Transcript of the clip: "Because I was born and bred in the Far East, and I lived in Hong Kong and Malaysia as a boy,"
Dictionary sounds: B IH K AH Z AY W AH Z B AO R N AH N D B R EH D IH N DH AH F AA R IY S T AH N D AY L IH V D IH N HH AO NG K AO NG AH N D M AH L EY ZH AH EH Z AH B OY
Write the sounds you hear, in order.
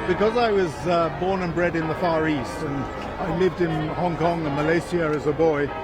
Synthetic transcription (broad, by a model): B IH K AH Z AY W AH Z B AO R N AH N B R EH D IH N DH AH F AA R IY S T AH N AY L IH V D IH N HH AO NG K AO NG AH M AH L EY S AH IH Z AH B OY